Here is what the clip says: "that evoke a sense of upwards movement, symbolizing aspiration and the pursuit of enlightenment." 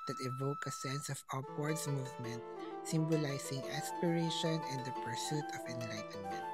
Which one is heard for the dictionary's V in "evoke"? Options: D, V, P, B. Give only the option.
V